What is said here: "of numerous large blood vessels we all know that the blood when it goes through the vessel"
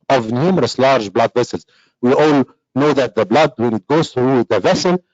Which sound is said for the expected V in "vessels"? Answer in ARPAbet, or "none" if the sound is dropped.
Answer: V